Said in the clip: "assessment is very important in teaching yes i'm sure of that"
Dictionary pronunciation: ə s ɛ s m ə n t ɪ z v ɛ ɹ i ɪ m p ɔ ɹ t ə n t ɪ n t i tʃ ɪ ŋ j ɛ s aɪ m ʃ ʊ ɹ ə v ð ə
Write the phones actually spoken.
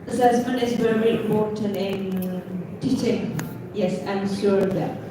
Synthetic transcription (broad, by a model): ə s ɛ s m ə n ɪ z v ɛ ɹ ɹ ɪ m ɔ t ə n ɪ n t i tʃ ɪ ŋ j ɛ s aɪ m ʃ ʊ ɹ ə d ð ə